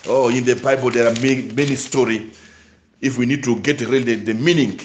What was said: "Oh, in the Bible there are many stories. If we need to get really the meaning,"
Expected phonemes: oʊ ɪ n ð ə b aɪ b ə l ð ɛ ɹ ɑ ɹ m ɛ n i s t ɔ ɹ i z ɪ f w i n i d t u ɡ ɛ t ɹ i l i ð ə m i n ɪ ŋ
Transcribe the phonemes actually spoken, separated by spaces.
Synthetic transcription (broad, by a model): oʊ ɪ n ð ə b aɪ b ə l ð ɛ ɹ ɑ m m ɛ n i s t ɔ ɹ i ɪ f w i n i d t u ɡ ɛ t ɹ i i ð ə m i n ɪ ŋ